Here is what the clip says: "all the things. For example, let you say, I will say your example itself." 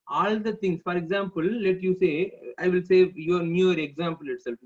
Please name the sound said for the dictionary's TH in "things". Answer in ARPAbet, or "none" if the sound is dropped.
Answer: T